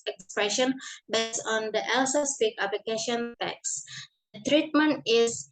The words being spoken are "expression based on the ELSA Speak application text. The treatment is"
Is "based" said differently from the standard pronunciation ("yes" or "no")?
yes